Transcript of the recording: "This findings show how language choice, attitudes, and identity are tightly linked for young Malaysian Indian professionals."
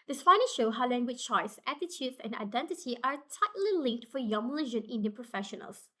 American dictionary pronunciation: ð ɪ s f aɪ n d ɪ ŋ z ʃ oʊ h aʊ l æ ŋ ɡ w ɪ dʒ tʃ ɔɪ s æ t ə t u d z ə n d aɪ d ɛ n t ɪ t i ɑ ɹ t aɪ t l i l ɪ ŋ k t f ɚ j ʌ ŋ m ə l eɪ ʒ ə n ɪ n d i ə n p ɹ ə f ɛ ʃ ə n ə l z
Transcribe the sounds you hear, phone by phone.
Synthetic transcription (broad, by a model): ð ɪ s p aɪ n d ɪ ʃ oʊ h aʊ l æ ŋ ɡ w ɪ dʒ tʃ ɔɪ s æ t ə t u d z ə n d aɪ d ɛ n t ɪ t i ɑ ɹ t aɪ t l i l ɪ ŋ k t f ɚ j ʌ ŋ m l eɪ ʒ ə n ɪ n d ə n p ɹ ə f ɛ ʃ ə n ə l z